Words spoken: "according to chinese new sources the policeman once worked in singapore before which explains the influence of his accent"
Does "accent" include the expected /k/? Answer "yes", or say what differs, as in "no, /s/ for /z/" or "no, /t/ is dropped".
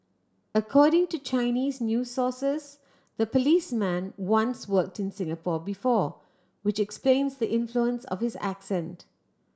yes